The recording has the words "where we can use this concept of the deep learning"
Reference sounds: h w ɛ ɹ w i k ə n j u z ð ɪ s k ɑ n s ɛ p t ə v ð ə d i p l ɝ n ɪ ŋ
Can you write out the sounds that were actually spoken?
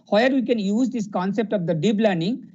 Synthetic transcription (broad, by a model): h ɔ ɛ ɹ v i k ə n j u z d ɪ s k ɑ n s ɛ p t ə v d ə d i b l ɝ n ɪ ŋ